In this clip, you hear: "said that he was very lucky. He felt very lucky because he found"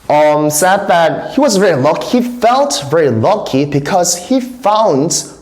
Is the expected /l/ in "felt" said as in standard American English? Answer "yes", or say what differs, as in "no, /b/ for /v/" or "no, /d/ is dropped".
yes